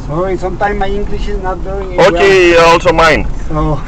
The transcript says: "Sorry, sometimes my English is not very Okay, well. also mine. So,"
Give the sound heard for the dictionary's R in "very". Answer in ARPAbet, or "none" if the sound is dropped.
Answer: none